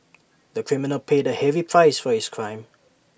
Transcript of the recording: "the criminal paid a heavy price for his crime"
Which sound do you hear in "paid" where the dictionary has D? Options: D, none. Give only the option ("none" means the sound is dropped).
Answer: D